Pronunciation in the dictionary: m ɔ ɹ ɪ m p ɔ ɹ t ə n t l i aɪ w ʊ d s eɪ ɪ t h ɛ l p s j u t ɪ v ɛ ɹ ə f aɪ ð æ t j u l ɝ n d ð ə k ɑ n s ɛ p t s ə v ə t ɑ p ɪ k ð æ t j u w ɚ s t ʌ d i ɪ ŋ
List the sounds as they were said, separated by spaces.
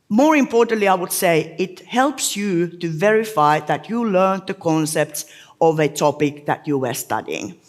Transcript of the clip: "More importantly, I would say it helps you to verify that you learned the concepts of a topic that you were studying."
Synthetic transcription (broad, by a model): m ɔ ɹ ɪ m p ɔ ɹ t ə n t l i aɪ w ʊ d s eɪ ɪ t h ɛ l p s j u t ɪ v ɛ ɹ ə f aɪ ð æ t j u l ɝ n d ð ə k ɑ n s ɛ p t s ə v ə t ɑ p ɪ k ð æ t j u w ɚ s t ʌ d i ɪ ŋ